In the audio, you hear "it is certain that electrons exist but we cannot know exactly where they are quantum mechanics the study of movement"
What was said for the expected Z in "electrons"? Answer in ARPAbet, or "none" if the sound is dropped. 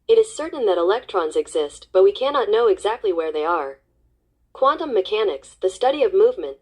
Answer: Z